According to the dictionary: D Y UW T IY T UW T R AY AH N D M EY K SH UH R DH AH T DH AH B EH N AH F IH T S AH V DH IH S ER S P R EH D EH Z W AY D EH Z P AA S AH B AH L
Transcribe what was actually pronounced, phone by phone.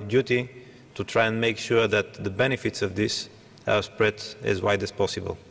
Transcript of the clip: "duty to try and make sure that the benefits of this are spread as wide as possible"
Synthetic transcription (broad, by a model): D Y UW T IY T UW T R AY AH N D M EY K SH UH R DH AH T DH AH B EH N AH F IH T S AH V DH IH S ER S P R EH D EH Z W AY D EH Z P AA S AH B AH L